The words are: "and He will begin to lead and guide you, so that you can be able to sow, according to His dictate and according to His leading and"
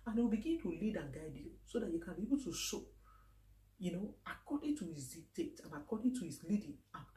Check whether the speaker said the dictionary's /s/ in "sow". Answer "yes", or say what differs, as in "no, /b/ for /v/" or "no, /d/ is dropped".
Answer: no, /ʃ/ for /s/